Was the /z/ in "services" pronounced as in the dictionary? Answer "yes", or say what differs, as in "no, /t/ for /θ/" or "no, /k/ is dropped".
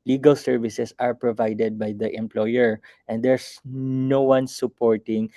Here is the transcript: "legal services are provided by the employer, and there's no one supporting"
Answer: no, /s/ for /z/